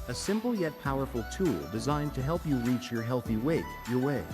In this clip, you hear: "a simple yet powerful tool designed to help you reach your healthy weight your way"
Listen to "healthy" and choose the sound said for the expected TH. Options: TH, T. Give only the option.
TH